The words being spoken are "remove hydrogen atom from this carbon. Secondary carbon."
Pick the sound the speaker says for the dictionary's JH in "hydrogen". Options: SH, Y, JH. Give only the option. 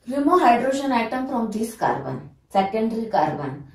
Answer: SH